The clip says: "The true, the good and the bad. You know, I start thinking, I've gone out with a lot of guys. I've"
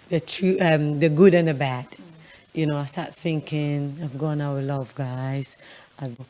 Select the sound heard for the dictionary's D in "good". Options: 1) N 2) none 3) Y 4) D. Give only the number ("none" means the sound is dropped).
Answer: 4